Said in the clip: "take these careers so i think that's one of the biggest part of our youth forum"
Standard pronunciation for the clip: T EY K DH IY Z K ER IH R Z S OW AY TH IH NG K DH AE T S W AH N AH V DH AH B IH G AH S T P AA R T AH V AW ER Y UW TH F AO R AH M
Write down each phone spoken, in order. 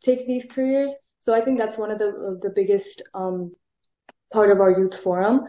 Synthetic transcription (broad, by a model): T EY K DH IY Z K ER IH R Z S OW AY TH IH NG K DH AE T S W AH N AH V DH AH B IH G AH S T P AA R T AH V AW ER Y UW TH F AO R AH M